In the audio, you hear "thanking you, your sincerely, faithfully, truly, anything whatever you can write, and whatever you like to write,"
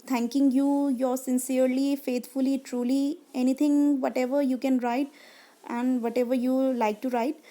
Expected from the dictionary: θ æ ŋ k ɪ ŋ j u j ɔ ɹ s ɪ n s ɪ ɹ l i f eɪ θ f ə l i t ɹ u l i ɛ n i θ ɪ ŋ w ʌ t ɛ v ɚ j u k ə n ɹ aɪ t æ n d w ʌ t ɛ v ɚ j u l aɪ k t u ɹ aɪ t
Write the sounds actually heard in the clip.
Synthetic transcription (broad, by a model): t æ ŋ k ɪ ŋ j u j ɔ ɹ s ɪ n s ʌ ɹ l i f eɪ t f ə l i t ɹ u l i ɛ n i t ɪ ŋ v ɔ t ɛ v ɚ j u k ə n ɹ aɪ t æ n d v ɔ t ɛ v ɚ j u l aɪ k t u ɹ aɪ t